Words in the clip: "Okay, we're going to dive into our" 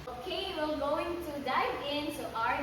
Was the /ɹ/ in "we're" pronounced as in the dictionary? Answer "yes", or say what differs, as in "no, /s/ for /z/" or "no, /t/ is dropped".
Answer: no, /l/ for /ɹ/